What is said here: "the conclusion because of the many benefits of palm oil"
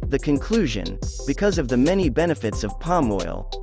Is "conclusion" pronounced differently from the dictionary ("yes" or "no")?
no